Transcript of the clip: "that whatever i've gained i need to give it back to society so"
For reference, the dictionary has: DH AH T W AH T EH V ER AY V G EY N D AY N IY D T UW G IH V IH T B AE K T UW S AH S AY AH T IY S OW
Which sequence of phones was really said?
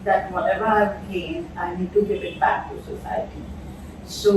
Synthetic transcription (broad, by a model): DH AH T W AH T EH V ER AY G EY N AY N IY D T UW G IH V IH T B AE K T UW S AH S AY AH T IY S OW